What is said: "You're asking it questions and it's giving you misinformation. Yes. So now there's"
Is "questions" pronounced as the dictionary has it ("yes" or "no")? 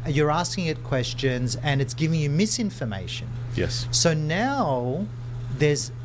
yes